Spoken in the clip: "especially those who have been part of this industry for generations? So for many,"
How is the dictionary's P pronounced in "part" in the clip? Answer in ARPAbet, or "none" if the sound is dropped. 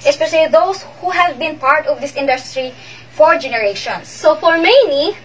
P